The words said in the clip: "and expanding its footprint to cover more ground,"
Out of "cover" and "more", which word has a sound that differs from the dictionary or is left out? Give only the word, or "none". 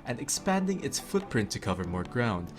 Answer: none